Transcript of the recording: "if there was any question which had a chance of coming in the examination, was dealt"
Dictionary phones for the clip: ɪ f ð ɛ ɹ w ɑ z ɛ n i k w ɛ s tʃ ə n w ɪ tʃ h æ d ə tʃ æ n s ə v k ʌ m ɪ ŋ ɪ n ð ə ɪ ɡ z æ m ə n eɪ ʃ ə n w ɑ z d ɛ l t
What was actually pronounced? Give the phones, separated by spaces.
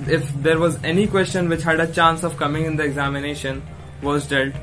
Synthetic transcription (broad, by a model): ɪ f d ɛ ɹ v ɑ z ɛ n i k w ɛ s tʃ ə n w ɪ tʃ h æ d ə tʃ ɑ n s ə v k ʌ m ɪ ŋ ɪ n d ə ɪ ɡ z æ m ə n eɪ ʃ ə n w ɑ z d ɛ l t